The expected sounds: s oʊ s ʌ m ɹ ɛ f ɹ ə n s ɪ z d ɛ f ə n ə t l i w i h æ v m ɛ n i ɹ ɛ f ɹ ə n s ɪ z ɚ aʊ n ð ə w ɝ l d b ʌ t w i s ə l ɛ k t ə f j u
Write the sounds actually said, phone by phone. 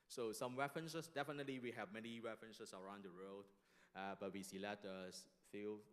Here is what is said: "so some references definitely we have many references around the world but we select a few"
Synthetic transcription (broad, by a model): s oʊ s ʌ m w ɛ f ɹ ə n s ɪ s d ɛ f ə n ə t l i w i h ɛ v m ɛ n i w ɛ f ɹ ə n s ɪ s ɚ aʊ n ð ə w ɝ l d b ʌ t w i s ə l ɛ t ə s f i